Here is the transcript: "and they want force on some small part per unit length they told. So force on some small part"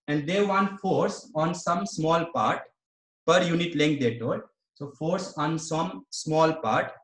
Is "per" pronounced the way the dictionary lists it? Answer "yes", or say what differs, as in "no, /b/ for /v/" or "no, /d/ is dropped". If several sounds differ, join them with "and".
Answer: yes